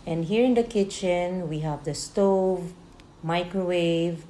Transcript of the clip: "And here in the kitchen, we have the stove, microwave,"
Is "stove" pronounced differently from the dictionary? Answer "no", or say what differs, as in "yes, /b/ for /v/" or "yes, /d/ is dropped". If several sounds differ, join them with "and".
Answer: no